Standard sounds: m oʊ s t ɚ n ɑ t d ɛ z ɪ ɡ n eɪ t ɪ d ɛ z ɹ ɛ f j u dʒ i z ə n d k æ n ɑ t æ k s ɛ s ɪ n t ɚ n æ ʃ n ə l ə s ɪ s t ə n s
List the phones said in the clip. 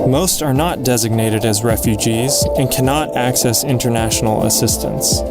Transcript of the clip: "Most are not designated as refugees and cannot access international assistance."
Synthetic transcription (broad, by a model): m oʊ s t ɚ n ɑ t d ɛ z ɪ ɡ n eɪ t ɪ d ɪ z ɹ ɛ f j u dʒ i z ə n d k æ n ɑ t æ k s ɛ s ɪ n t ɚ n æ ʃ n l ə s ɪ s t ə n s